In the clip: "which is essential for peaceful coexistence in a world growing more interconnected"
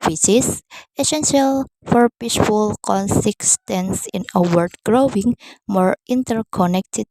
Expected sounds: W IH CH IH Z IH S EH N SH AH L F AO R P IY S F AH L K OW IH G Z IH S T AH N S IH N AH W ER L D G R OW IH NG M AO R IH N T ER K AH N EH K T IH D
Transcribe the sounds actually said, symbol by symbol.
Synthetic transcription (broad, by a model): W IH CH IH S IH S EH N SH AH L F AO R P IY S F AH L K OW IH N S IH S T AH N S IH N AH W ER D G R OW IH NG M AO R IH N T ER K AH N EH K T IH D